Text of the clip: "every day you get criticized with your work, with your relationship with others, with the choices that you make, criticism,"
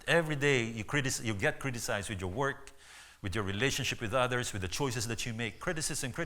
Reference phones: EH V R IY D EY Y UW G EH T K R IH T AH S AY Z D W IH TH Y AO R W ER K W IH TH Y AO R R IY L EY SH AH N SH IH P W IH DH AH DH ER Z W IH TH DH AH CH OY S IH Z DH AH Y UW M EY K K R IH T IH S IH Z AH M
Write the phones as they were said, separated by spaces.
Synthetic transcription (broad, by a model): EH V R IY D EY Y UW G EH T K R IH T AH S AY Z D W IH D Y AO R W ER K W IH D Y AO R R IY L EY SH AH N SH IH P W IH DH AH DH ER S W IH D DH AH CH OY S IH S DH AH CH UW M EY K K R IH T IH S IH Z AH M